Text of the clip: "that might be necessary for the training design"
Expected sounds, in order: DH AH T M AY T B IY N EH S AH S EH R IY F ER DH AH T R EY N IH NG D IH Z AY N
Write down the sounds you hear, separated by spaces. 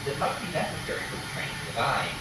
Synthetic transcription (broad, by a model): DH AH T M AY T B IY N EH S AH S EH R IY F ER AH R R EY IH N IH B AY